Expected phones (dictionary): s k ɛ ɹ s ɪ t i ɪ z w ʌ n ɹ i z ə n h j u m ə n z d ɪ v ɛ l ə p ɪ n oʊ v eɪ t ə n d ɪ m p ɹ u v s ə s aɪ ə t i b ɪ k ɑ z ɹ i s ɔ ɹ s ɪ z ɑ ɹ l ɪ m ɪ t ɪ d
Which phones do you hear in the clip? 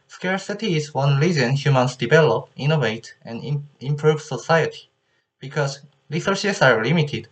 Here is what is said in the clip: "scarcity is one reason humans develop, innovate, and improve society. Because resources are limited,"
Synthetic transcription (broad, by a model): s k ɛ ɹ s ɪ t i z w ʌ n l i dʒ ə n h j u m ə n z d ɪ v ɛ l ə p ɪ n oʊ v eɪ t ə n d ɪ m p ɹ u v s ə s aɪ ə t i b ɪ k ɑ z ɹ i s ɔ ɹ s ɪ s ɑ ɹ l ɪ m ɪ t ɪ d